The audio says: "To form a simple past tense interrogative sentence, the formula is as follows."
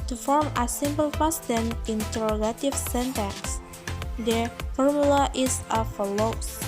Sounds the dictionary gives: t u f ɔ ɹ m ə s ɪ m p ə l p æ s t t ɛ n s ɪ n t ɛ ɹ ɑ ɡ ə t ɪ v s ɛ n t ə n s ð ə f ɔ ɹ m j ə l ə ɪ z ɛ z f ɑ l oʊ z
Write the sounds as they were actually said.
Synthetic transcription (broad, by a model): t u f ɔ ɹ m ə s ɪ m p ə l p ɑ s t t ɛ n ɪ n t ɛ ɹ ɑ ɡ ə t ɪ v s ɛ n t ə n s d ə f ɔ ɹ m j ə l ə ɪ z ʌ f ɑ l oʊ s